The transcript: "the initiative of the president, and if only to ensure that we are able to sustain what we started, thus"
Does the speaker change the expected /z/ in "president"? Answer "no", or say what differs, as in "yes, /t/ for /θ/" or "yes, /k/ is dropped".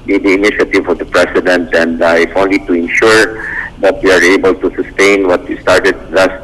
yes, /s/ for /z/